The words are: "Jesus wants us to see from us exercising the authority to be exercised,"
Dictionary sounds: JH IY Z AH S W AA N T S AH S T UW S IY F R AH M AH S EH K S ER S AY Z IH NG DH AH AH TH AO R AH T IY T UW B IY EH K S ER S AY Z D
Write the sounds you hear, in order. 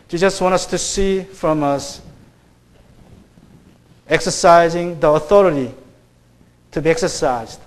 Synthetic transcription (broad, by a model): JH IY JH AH S W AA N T AH S T UW S IY F R AH M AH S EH K S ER S AY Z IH NG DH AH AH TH AO R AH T IY T UW B IY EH K S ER S AY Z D